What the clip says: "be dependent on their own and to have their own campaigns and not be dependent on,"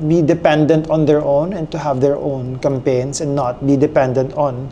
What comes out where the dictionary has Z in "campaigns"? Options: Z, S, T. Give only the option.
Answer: S